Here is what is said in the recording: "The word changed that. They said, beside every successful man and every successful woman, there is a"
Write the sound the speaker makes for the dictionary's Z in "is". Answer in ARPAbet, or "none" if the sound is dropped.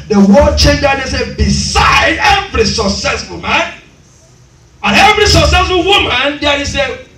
S